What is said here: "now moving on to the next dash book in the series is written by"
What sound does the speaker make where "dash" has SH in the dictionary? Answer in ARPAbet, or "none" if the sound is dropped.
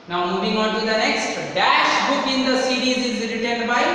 SH